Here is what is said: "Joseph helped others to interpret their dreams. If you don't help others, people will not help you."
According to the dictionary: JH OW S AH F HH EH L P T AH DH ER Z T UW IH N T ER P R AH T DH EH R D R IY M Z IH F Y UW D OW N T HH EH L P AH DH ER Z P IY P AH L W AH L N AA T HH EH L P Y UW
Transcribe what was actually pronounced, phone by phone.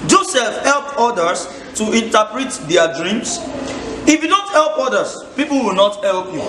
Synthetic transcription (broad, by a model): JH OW S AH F HH EH L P AO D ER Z T UW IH N T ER P R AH T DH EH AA D R IY M S IH F Y UW D OW N T HH EH L P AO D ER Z P IY P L W AH L N AA T HH EH L P Y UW